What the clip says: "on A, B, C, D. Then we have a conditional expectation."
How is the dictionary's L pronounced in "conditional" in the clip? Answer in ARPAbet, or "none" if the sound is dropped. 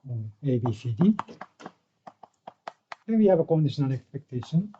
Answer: N